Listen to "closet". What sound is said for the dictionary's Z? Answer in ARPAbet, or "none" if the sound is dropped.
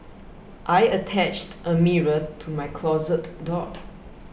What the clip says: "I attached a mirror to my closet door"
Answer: Z